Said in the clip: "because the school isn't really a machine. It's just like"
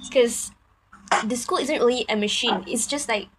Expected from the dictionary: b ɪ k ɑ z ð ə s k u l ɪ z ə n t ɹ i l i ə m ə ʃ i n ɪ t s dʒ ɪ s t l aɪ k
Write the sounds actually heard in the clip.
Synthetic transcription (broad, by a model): k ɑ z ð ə s k u l ɪ z ə n t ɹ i l i ə m ə ʃ i n ɪ t s dʒ ɪ s t l aɪ k